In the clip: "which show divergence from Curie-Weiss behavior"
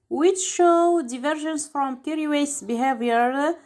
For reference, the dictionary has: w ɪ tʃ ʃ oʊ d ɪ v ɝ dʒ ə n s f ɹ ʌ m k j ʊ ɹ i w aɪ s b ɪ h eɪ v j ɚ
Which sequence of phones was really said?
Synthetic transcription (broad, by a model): w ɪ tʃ ʃ oʊ d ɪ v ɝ ʒ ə n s f ɹ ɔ m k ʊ ɹ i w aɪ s b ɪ h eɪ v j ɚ